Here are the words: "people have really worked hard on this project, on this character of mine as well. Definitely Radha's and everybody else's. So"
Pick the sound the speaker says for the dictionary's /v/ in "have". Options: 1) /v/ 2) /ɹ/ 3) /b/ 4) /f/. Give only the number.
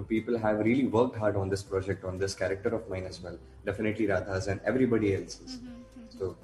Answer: 1